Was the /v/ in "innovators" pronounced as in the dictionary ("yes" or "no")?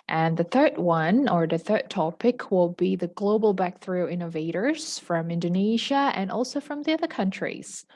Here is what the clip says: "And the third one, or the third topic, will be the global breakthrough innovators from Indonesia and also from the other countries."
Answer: yes